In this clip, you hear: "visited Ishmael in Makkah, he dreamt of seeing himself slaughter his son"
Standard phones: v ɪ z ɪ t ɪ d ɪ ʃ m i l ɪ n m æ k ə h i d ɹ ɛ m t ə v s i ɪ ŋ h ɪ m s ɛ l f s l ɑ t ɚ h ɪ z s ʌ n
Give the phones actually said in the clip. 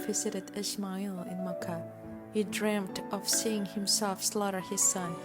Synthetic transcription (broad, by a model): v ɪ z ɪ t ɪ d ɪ s m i l ɪ n m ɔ k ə h i d ɹ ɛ m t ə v s i ɪ ŋ h ɪ m s ɛ l f s l ɑ t ɚ h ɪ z s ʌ n